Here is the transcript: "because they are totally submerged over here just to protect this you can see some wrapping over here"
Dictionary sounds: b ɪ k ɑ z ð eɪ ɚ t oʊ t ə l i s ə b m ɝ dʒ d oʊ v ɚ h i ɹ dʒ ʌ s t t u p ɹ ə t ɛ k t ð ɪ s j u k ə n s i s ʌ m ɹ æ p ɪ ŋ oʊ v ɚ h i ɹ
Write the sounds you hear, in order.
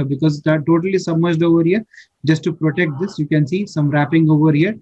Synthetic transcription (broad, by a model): b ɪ k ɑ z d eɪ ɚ t oʊ t ə l i s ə m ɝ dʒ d oʊ v ɚ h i ɹ dʒ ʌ s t t u p ɹ ə t ɛ k t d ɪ s j u k ə n s i s ʌ m ɹ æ p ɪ ŋ oʊ v ɚ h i ɹ